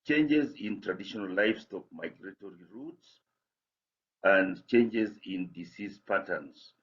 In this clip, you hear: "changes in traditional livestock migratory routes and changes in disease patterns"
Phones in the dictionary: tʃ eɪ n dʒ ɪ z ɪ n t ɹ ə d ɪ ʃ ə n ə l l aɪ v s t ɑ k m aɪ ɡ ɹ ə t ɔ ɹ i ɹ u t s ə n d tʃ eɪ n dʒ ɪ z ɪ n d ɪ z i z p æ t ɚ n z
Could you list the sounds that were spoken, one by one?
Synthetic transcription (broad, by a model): tʃ eɪ n dʒ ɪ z ɪ n t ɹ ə d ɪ ʃ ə n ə l l aɪ f s t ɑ k m aɪ ɡ ɹ ə t ɔ ɹ i ɹ u t s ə n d tʃ eɪ n dʒ ɪ z ɪ n d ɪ s i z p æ t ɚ n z